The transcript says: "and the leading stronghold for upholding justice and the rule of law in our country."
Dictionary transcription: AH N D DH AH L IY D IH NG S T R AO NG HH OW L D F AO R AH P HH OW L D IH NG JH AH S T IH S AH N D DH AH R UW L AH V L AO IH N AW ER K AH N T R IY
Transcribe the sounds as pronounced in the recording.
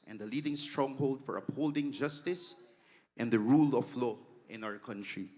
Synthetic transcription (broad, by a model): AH N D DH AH L IY D IH NG S T R AO NG HH OW L D F AO R AH P HH OW L D IH NG JH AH S T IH S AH N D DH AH R UW L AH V L AO IH N AW ER K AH N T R IY